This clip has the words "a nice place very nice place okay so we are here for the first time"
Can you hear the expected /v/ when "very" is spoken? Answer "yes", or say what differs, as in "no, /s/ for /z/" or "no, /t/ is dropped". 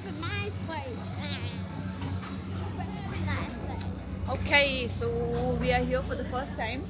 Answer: no, /p/ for /v/